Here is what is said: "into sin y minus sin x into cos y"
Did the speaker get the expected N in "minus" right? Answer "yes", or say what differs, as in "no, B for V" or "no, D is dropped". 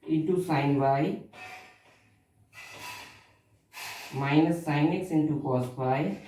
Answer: yes